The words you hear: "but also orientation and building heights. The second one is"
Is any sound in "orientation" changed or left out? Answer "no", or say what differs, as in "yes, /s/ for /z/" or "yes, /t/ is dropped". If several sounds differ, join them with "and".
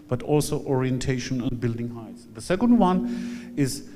no